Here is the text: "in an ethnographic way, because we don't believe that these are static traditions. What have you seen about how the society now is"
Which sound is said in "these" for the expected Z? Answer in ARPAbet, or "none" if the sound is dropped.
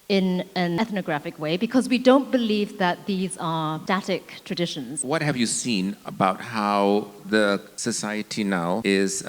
Z